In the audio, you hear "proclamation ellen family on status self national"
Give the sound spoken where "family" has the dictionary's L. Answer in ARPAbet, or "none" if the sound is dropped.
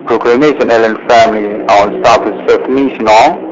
L